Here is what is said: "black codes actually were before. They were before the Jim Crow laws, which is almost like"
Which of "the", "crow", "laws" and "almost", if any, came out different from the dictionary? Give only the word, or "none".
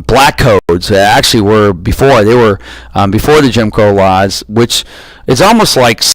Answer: crow